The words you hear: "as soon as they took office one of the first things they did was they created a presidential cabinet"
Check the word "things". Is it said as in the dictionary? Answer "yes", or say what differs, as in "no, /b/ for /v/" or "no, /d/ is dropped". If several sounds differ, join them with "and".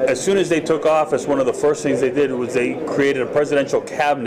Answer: yes